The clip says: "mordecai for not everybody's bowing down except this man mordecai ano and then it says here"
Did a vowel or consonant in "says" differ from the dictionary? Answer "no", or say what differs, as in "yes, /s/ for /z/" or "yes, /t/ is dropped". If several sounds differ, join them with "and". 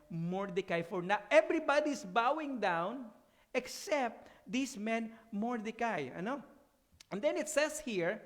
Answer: yes, /s/ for /z/